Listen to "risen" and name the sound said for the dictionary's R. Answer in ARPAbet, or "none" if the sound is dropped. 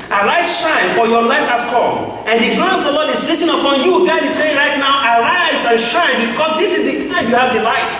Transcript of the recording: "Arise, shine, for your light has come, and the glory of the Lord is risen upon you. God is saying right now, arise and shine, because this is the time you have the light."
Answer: L